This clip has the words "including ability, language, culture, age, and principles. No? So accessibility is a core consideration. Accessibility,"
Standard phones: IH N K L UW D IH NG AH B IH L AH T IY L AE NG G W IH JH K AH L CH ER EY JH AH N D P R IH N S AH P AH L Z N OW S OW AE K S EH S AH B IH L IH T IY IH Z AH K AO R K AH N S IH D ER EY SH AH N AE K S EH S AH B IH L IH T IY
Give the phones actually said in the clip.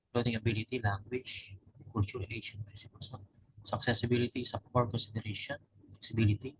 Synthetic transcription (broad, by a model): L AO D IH NG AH B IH L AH T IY L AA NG G W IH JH K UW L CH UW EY SH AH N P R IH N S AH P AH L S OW S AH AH K S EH S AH B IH L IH T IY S AH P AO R K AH N S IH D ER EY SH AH N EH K S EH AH B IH L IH T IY